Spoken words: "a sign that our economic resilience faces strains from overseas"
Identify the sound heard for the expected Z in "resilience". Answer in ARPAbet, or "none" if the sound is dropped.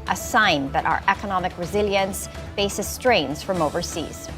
Z